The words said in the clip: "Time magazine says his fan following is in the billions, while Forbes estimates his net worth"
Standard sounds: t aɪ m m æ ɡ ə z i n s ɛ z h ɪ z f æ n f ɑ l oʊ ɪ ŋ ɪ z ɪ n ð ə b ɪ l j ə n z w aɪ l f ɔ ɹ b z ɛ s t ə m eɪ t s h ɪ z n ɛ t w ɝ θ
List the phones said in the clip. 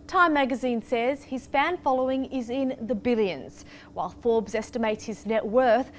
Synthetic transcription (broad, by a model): t aɪ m m æ ɡ ə z i n s ɛ z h ɪ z f æ n f ɑ l oʊ ɪ ŋ ɪ z ɪ n ð ə b ɪ l j ə n z w aɪ l f ɔ ɹ b z ɛ s t ə m eɪ t s h ɪ z n ɛ t w ɝ θ